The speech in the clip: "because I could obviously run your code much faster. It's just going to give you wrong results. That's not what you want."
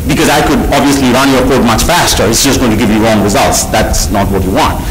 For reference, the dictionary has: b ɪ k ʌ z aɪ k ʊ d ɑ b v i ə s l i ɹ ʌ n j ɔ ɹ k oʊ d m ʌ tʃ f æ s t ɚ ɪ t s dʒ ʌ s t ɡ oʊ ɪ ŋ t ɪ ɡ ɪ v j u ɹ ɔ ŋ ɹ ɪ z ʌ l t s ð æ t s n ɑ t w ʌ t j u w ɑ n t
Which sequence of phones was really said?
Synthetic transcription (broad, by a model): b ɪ k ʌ z aɪ k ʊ d ɑ b v i ə s l i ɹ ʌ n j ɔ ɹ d m ʌ tʃ f æ s t ɚ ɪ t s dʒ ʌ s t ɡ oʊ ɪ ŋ t ɪ ɡ ɪ v j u ɹ ɔ ŋ ɹ ɪ z ʌ l t s ð æ t s n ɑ t w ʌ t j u w ɑ n t